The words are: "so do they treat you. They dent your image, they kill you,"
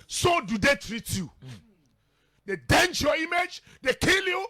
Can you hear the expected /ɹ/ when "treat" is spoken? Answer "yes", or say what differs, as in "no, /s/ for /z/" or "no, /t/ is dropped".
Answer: yes